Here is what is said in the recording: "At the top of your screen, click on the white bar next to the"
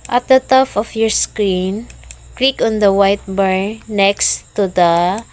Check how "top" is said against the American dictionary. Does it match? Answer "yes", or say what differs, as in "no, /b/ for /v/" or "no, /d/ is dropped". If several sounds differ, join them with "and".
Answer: no, /f/ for /p/